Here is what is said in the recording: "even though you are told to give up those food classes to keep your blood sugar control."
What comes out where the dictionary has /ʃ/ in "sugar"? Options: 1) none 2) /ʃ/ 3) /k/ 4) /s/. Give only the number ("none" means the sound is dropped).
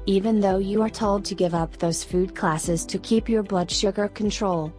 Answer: 2